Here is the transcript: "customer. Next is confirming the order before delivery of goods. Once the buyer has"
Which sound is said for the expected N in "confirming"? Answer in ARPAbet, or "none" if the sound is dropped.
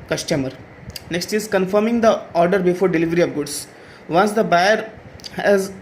N